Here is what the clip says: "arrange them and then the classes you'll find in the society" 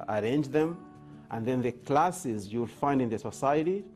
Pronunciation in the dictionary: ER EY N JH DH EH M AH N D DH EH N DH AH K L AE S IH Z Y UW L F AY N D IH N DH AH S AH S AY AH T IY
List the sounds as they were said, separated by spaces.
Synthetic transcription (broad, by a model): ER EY N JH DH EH M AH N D DH EH N DH AH K L AE S IH Z Y UW L F AY N D IH N DH AH S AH S AY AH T IY